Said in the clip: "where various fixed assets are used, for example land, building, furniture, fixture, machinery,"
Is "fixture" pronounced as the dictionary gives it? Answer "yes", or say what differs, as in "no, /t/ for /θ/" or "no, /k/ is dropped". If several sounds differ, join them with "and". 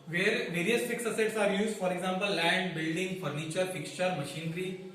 yes